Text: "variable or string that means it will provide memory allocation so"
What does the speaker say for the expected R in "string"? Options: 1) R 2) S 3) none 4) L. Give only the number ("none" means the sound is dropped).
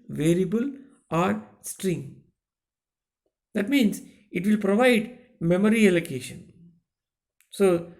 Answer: 1